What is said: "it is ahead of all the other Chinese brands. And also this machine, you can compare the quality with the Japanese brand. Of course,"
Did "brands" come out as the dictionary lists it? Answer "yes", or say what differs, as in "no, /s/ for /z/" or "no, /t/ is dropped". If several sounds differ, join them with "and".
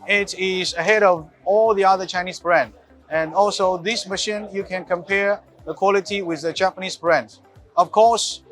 no, /z/ is dropped